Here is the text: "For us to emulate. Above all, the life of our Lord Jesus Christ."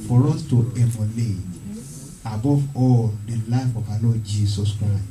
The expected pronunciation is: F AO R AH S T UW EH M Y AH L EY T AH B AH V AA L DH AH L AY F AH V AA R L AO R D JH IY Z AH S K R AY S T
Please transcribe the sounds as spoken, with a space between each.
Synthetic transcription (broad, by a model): F AO R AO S T UW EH M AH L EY AH B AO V AA L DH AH L AY F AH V AA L AO JH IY S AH S K R AY S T